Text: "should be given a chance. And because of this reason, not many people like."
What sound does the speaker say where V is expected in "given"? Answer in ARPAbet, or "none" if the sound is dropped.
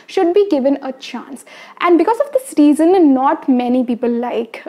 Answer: V